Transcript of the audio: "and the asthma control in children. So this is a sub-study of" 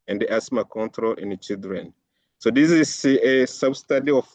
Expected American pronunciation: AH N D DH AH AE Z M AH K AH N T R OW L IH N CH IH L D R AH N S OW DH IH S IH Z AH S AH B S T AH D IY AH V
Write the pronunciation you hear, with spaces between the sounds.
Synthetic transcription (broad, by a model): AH N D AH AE S M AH K AH N T R OW L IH N CH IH L D R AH N S OW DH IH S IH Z AH S AH B S T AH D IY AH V